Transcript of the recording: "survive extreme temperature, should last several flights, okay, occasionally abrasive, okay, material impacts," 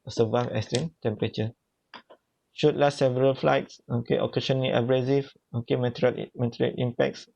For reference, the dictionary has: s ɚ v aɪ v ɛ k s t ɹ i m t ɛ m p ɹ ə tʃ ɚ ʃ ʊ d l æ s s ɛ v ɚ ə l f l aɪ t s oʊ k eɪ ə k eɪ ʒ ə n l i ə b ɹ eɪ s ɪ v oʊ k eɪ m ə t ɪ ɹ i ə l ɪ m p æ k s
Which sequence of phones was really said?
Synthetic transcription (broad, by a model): s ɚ v aɪ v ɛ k s t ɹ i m t ɛ m p ɹ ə tʃ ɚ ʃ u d l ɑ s s ɛ v ɚ ə l f l aɪ t s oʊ k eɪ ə k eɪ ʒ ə n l i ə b ɹ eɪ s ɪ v oʊ k eɪ m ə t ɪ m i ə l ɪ m p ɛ k s